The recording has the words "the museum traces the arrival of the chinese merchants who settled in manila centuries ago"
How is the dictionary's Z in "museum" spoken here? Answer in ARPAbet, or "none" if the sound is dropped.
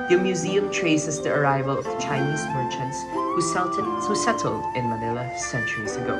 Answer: Z